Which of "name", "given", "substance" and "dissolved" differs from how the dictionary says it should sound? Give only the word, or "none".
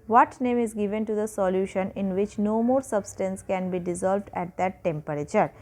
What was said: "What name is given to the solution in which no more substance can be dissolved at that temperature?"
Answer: none